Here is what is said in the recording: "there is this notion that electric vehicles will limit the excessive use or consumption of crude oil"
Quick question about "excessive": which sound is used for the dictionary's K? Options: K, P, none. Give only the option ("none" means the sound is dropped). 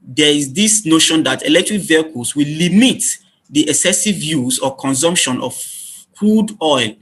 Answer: K